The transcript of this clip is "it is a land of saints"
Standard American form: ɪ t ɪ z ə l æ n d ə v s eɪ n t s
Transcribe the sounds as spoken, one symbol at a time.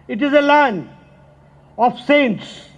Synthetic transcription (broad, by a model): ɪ t ɪ z ə l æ n ə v s eɪ n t s